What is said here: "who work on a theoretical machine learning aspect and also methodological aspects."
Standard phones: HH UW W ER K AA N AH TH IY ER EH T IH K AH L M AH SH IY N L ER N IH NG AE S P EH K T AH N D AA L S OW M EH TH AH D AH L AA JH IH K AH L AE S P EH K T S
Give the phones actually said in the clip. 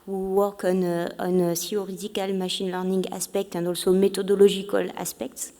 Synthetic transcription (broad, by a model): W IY W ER K AA N AH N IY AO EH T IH K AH L M AH SH IY N L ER N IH NG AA S P EH K T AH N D AA L S OW M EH T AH D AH L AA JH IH K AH L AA S P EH K T S